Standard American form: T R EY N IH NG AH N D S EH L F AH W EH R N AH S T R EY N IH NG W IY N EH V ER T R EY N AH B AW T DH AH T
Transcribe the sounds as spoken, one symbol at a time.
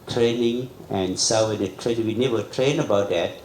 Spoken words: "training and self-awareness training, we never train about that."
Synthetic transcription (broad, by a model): T R EY N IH NG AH N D S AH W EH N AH T R EY N IH NG W IY N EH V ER T R EY N AH B AW T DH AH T